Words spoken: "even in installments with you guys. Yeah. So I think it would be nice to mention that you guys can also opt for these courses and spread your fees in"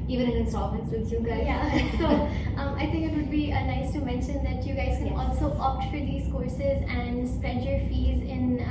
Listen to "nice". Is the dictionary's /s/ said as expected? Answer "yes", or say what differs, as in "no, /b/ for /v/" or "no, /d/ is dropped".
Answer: yes